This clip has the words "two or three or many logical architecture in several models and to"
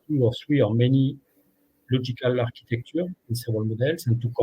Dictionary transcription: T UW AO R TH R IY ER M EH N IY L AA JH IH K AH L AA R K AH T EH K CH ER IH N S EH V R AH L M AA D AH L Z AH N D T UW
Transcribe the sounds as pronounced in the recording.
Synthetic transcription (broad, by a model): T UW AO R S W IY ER M EH N IY L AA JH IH K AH L AA R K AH T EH K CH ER IH N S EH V AH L M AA D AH L S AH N T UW